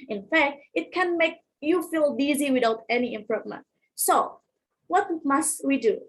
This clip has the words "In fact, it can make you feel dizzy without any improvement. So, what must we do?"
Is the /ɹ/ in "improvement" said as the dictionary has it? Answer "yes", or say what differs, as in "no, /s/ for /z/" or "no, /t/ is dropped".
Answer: yes